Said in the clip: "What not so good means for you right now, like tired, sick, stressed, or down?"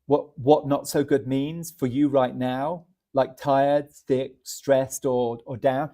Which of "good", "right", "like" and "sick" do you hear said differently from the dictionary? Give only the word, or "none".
sick